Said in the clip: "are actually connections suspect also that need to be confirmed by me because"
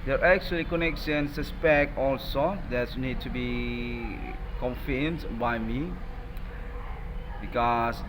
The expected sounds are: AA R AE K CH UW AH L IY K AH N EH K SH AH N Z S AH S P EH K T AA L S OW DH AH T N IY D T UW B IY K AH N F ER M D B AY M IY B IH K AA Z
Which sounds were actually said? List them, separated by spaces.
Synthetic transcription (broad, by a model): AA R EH K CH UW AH L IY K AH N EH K S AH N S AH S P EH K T AA L S OW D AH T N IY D T UW B IY K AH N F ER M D B AY M IY B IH K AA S